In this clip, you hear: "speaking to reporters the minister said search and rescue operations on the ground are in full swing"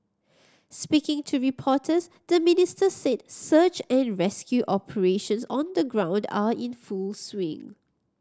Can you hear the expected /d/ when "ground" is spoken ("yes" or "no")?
yes